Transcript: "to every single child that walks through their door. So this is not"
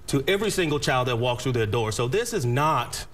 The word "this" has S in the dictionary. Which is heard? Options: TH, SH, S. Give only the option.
S